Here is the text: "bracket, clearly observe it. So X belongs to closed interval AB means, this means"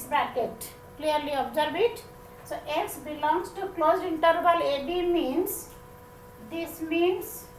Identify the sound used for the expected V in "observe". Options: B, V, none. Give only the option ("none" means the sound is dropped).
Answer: B